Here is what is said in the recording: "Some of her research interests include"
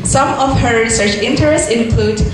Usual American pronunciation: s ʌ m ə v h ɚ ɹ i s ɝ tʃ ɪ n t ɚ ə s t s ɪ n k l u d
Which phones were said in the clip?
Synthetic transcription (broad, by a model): s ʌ m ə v h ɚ ɹ i s ɝ tʃ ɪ n t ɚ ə s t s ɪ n k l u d